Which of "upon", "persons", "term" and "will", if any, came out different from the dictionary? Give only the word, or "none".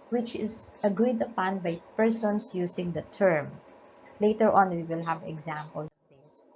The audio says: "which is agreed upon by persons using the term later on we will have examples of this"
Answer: persons